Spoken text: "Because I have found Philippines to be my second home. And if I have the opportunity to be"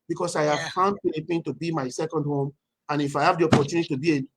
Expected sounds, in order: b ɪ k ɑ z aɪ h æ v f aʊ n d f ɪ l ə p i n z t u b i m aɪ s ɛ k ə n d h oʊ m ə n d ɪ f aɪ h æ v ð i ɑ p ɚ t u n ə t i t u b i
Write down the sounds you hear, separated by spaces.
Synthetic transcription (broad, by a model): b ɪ k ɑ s aɪ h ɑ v f aʊ n d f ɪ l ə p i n t u b i m aɪ s ɛ k ə n d h oʊ m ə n ɪ f aɪ h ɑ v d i ɑ p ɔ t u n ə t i t u b i